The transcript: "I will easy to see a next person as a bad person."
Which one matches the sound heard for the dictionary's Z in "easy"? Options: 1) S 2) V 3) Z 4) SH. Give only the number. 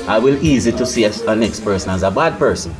3